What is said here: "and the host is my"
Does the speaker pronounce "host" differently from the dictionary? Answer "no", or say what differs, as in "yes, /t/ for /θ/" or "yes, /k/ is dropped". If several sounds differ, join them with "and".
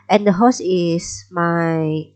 yes, /t/ is dropped